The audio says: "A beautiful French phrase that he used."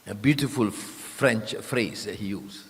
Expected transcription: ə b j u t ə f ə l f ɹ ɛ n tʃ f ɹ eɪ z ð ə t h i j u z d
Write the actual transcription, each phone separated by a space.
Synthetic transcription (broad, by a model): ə b j u t ə f ə l f ɹ ɛ n tʃ f ɹ eɪ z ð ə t h i j u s